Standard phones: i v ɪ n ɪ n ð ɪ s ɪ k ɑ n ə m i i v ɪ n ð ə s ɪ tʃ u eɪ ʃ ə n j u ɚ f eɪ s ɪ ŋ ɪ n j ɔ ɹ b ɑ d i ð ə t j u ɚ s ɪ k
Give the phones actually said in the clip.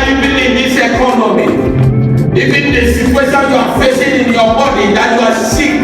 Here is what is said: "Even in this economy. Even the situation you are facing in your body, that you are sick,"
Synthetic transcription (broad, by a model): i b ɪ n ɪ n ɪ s ɪ k ɑ n ə m i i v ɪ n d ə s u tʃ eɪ s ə j u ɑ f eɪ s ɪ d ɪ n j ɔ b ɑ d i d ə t j u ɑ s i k